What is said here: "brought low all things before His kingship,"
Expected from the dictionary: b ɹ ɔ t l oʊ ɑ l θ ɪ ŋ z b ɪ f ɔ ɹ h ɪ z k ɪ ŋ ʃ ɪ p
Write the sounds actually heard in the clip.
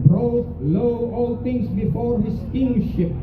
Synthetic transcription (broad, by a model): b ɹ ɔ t l oʊ ɑ l t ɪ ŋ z b ɪ f ɔ ɹ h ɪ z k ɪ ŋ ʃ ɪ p